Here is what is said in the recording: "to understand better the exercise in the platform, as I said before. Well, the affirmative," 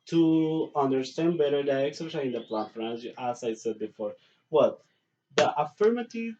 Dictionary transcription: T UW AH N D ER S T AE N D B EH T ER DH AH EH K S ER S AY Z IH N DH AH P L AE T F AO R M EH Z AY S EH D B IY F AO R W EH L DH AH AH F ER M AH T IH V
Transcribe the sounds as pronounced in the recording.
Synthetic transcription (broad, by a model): T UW AH N D ER S T AE N D B EH T ER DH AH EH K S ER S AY IH N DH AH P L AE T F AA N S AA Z AY S EH D B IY F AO R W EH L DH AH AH F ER M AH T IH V